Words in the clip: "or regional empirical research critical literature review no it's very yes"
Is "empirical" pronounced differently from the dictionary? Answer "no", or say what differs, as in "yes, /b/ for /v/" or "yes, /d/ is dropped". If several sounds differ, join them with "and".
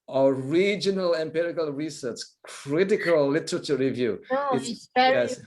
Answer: no